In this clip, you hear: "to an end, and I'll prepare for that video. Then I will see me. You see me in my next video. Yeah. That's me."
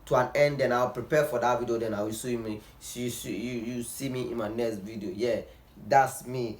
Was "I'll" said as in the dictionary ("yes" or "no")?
no